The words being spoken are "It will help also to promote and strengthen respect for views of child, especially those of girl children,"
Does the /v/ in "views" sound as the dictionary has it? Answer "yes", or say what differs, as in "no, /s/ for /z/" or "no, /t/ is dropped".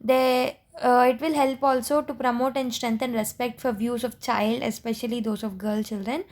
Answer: yes